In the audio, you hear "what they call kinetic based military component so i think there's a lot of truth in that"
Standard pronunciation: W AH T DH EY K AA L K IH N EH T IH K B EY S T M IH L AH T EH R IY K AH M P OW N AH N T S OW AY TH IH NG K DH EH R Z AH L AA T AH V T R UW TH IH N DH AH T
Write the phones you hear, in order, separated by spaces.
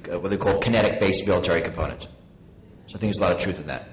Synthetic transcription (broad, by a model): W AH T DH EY K AA L K IH N EH T IH K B EY S M IH L AH T EH R IY K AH M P OW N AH N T S OW AY TH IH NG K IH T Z AH L AA T AH V T R UW TH IH N DH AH T